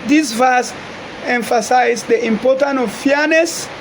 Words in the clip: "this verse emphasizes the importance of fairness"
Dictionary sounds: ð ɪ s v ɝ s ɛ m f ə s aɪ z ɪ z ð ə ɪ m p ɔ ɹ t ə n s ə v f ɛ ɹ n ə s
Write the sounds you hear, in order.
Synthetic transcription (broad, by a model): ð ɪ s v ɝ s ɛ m f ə s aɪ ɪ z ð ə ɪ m p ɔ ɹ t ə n ə v f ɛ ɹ n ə s